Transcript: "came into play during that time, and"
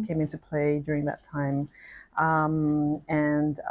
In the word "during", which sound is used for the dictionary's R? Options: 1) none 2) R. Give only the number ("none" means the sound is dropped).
2